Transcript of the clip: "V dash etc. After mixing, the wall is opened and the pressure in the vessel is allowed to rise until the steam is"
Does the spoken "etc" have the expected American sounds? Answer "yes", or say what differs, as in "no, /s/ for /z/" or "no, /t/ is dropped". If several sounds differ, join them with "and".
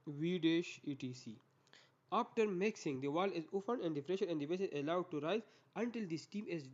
no, /s/ is dropped and /s/ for /t/